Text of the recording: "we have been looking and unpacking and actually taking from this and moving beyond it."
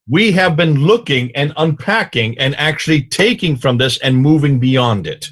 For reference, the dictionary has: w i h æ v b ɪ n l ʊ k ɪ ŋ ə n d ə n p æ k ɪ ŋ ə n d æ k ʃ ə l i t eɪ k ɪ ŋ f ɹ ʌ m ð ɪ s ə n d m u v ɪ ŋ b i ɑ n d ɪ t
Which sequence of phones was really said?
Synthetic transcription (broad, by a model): w i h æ v b ɪ n l ʊ k ɪ ŋ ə n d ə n p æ k ɪ ŋ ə n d æ k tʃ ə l i t eɪ k ɪ ŋ f ɹ ʌ m ð ɪ s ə n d m u v ɪ ŋ b i ɑ n d ɪ t